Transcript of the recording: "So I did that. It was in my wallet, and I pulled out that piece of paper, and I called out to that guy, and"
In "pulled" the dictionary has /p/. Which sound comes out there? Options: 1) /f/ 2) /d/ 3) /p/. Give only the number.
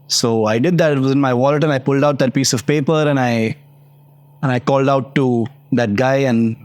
3